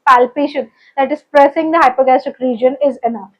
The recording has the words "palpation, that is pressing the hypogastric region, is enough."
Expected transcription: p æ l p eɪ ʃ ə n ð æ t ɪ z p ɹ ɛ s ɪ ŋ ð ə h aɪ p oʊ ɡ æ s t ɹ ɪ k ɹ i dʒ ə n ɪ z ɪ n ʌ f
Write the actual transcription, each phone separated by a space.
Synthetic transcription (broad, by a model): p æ l p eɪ ʃ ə n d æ t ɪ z p ɹ ɛ s ɪ ŋ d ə h aɪ p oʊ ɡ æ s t ɪ k ɹ i dʒ ə n ɪ z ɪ n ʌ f